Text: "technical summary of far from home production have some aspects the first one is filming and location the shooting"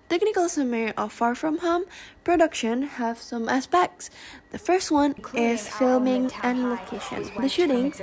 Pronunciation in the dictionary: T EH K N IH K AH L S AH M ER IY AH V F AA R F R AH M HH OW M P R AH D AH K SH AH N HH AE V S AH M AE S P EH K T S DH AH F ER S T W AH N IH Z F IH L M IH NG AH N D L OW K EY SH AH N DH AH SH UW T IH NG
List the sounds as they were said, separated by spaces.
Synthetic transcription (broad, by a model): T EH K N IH K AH L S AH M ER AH F AA R F R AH M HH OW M P R AH D AH K SH AH N HH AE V S AH M AE S P EH K T S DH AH F ER S T W AH N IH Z F IH L M IH NG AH N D L OW K EY SH AH N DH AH SH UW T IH NG